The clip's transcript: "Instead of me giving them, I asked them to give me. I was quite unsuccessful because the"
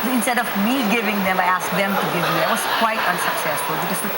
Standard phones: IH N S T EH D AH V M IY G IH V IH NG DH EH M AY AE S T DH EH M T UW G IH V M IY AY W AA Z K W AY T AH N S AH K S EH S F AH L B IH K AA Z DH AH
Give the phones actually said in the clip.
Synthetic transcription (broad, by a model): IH N S T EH D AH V M IY G IH V IH NG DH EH M AY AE S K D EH M T UW G IH V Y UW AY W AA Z K W AY T AH N S AH K S EH S F AH L B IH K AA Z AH